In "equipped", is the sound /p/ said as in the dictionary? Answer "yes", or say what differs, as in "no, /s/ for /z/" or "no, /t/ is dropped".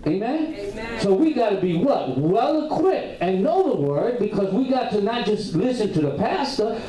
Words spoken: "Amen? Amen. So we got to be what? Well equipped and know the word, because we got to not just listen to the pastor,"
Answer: no, /p/ is dropped